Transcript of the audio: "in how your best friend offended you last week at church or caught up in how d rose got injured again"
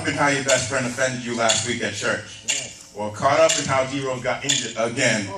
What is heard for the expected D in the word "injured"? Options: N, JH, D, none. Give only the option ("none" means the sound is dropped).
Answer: none